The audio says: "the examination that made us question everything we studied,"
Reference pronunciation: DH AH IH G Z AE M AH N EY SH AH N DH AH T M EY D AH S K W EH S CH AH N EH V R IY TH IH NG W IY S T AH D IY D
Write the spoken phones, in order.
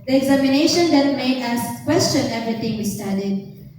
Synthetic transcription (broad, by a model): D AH IH G Z AE M AH N EY SH AH N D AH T M EY D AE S K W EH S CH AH N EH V R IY T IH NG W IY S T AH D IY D